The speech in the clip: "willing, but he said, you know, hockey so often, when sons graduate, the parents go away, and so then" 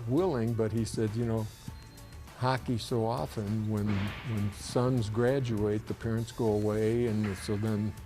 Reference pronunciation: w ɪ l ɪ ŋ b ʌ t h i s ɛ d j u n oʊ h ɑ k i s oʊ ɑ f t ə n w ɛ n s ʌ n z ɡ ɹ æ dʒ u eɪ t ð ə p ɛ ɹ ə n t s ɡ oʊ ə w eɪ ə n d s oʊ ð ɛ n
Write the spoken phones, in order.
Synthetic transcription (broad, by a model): w ɪ l ɪ ŋ b ʌ t h i s ɛ d j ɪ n oʊ h ɑ k i s oʊ ɑ f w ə n w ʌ n s ʌ n z ɡ ɹ æ dʒ u eɪ t ð ə p ɛ ɹ ə n t s ɡ oʊ ə w eɪ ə n s oʊ ð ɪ n